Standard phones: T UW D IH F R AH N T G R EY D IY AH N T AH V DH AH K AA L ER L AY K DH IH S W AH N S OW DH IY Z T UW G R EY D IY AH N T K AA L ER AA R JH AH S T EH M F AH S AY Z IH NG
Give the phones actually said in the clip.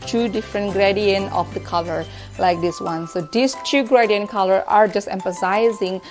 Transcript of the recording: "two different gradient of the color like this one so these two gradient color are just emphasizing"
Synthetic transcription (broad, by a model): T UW D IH F R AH N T G R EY D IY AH N AH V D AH K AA L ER L AY K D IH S W AH N S OW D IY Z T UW G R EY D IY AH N K AA L ER AA R JH AH S T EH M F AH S AY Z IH NG